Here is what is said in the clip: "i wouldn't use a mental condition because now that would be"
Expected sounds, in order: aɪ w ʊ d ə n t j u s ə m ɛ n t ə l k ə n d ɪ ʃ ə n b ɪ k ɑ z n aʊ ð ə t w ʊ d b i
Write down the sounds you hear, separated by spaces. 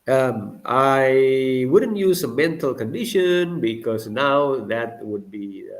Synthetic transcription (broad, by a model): aɪ w ʊ d ə n t j u s ə m ɛ n t ə l k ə n d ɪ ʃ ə n b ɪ k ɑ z n aʊ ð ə t w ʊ d b i